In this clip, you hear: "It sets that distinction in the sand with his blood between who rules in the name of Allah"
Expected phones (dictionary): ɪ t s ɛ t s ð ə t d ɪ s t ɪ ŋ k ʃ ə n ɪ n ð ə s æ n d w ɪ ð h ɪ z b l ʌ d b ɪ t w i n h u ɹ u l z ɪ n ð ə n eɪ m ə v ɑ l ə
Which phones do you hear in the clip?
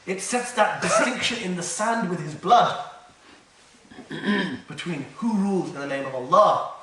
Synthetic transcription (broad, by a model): ɪ t s ɛ t s ð ə t d ɪ s t ɪ ŋ k ʃ ə n ɪ n ð ə s æ n d w ɪ ð ɪ z b l ʌ d b ɪ t w i n h u ɹ u l z ɪ n ð ə n eɪ m ə v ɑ l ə